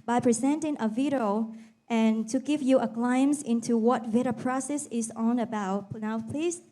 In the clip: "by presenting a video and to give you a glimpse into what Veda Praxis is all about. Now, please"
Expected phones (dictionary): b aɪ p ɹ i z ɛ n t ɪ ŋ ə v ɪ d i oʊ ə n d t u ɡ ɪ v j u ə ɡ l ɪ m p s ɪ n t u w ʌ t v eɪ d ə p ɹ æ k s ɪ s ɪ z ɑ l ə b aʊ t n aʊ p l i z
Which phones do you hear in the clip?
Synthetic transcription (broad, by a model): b aɪ p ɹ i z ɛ n t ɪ ŋ ə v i d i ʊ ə n t u ɡ ɪ v j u ə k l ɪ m s ɪ n t u w ʌ t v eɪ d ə p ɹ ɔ s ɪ s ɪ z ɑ n ə b aʊ t n aʊ p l i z